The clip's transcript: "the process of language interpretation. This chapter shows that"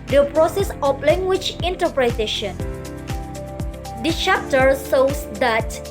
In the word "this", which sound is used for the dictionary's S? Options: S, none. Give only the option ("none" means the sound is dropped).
none